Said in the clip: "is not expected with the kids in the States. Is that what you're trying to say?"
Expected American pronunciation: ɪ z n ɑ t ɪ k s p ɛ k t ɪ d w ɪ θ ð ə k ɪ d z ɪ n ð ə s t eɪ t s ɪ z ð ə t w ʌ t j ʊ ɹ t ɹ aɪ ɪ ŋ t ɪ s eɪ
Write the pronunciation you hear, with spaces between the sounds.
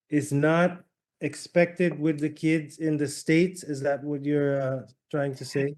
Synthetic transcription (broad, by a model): ɪ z n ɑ t ɪ k s p ɛ k t ɪ d w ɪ ð ə k ɪ d z ɪ n ð ə s t eɪ t s ɪ z ð ə t w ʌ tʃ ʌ ɹ t ɹ aɪ ɪ ŋ t ɪ s eɪ